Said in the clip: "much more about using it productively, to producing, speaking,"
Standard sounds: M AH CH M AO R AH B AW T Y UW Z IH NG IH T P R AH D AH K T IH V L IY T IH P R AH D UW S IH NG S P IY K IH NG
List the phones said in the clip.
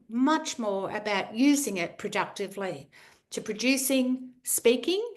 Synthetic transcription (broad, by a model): M AH CH M AO R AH B AW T Y UW Z IH NG IH T P R AH D AH K T IH V L IY T IH P R AH D UW S IH NG S P IY K IH NG